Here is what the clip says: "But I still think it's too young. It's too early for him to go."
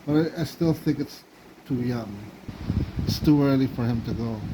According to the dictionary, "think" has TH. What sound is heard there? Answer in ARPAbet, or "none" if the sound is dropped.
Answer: TH